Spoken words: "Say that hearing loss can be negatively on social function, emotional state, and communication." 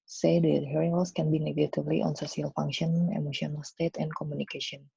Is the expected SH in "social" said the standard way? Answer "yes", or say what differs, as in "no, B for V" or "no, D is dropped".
no, S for SH